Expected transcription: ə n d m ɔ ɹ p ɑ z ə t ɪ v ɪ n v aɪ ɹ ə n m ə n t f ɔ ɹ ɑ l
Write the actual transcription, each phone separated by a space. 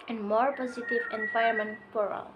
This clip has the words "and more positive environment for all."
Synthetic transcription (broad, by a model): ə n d m ɔ ɹ p ɑ z ə t ɪ v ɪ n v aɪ ə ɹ m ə n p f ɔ ɹ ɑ l